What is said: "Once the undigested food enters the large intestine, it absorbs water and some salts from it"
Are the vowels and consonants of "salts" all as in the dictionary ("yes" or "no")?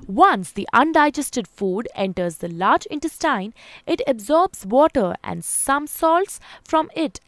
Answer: yes